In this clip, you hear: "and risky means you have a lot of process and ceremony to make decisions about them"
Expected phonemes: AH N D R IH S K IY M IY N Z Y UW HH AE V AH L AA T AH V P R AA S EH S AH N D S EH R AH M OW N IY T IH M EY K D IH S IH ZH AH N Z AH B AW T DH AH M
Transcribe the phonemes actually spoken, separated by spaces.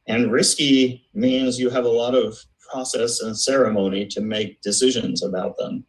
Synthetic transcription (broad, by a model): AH N R IH S K IY M IY N Z Y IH V AH L AA T AH V P R AA S EH S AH N S EH R AH M OW N IY T IH M EY K D IH S IH ZH AH N Z AH B AW T DH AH M